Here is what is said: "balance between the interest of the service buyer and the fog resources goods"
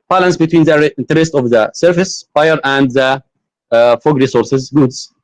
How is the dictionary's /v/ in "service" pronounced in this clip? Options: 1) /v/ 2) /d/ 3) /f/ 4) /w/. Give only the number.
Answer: 3